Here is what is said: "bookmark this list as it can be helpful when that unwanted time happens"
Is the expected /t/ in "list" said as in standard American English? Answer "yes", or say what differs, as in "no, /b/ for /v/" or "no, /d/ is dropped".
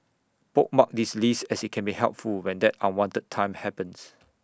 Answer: no, /t/ is dropped